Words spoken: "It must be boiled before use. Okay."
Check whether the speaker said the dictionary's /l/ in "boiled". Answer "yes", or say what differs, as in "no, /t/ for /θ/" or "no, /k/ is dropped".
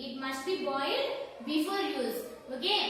no, /l/ is dropped